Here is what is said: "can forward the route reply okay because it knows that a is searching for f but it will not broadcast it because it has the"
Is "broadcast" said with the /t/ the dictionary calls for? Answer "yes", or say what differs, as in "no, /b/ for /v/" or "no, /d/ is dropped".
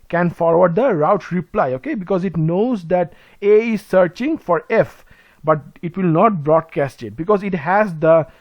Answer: yes